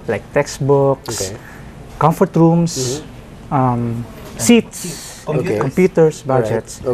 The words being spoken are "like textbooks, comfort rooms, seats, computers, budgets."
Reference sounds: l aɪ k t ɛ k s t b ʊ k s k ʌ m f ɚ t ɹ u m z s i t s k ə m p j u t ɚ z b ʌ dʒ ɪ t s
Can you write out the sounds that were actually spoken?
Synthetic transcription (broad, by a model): l aɪ k t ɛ k s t b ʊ k s k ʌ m f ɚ t ɹ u m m s i t s k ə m p j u t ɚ s b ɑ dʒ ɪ t s